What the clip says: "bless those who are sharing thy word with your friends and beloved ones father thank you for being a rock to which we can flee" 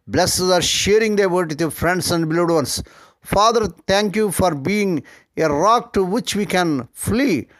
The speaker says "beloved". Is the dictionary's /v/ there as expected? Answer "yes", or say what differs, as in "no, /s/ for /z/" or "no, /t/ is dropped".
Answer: no, /v/ is dropped